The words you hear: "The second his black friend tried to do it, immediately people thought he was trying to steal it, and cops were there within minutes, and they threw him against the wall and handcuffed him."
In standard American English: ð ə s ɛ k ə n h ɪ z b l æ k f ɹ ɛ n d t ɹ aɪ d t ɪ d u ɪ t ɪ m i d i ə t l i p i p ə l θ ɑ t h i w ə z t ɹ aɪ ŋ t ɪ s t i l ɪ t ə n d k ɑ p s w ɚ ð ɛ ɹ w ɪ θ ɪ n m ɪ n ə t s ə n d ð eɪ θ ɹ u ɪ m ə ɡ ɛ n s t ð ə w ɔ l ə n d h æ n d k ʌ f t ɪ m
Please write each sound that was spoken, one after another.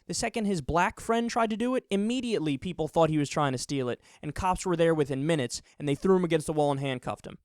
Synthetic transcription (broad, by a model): ð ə s ɛ k ə n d ɪ z b l æ k f ɹ ɛ n d t ɹ aɪ d t ɪ d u ɪ t ɪ m i d i ə t l i p i p l θ ɑ t h i w ə z t ɹ aɪ ŋ t ɪ s t i l ɪ t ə n k ɑ p s w ɚ ð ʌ ɹ w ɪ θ ɪ n m ɪ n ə t s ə n ð eɪ θ ɹ u ɪ m ə ɡ ɛ n s t ð ə w ɔ l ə n h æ n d k ʌ f t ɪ m